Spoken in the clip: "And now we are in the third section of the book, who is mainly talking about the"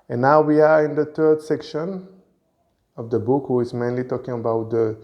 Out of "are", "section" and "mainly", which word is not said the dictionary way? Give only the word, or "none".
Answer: none